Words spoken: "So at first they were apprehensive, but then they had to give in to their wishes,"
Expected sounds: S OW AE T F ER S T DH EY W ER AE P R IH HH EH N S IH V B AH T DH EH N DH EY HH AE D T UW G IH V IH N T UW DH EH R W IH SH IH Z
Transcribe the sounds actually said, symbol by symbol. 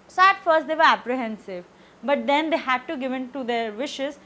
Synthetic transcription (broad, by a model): S OW AE T F ER S T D EY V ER AE P R IH HH EH N S IH V B AH T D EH N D EY HH AE D T UW G IH V IH N T UW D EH R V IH SH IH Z